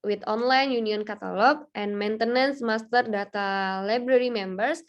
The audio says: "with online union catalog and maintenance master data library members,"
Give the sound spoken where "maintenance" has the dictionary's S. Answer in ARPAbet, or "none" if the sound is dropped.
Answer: S